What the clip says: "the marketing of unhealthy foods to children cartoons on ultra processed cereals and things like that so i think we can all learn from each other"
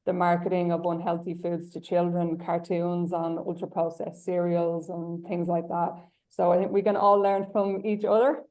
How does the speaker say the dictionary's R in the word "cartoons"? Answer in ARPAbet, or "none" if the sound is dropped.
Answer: R